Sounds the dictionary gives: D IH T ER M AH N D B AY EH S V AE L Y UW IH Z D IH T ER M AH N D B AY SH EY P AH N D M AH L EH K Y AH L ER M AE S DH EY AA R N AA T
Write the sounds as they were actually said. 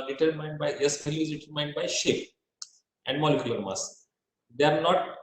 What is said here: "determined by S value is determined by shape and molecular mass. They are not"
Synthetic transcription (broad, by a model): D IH T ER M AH N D B AY EH S P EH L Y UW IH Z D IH T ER M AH N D B AY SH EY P AH N D M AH L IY K Y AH L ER M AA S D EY AA R N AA T